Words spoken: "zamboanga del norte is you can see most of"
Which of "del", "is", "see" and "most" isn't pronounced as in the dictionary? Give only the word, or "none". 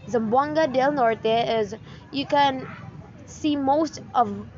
none